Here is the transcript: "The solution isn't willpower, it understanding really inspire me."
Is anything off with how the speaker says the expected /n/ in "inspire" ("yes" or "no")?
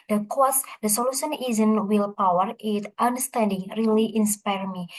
no